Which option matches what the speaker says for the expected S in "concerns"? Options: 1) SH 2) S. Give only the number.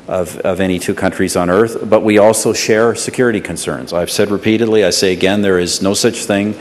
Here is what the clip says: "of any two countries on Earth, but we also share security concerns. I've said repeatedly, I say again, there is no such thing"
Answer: 2